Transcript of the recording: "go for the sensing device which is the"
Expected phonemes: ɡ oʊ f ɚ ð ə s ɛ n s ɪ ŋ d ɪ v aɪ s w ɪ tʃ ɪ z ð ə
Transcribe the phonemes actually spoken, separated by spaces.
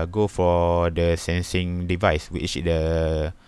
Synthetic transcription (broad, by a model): ɡ oʊ f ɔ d ə s ɛ n s ɪ ŋ d ɪ v aɪ s w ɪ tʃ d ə